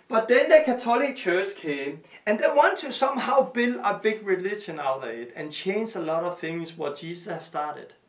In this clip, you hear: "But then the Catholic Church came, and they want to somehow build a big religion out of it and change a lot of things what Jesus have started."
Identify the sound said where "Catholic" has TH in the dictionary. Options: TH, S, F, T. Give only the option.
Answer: S